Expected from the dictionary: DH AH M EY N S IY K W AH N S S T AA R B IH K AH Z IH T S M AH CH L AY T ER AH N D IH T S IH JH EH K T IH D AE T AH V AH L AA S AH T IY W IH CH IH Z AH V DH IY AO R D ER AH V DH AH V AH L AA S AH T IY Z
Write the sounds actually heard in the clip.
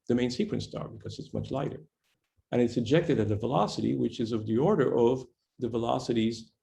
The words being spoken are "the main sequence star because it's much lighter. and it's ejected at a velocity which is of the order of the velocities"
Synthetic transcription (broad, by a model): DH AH M EY N S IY K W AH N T S T AA R B IH K AH Z IH T S M AH CH L AY T ER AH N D IH T S IH JH EH K T IH D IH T AH V AH L AA S AH T IY W IH CH IH Z AH V DH IY AO R D ER AH V DH AH V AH L AA S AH T IY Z